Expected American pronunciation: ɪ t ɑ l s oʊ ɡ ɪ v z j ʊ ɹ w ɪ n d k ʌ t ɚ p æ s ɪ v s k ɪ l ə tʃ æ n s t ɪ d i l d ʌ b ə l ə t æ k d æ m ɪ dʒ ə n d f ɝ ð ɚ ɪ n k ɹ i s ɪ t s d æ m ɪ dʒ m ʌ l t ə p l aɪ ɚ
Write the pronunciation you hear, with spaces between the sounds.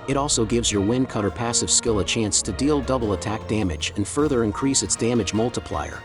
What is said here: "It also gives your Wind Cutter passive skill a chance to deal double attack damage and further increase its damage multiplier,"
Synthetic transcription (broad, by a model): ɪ t ɑ l s oʊ ɡ ɪ v z j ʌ ɹ w ɪ n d k ʌ t ɚ p æ s ɪ v s k ɪ l ə tʃ æ n s t ɪ d i l d ʌ b l ə t æ k d æ m ɪ dʒ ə n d f ɝ ð ɚ ɪ n k ɹ i s ɪ t s d æ m ɪ dʒ m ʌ l t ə p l aɪ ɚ